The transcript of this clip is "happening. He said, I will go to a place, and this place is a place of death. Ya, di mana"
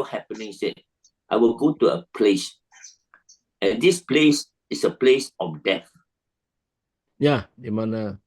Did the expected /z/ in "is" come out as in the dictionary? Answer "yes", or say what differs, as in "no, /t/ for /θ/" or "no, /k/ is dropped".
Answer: no, /s/ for /z/